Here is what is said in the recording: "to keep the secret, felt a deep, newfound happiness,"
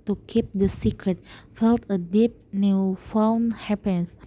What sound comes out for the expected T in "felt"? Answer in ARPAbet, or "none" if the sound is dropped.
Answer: T